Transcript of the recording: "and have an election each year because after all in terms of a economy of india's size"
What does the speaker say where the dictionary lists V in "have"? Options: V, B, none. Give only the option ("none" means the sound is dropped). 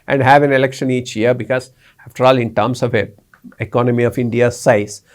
V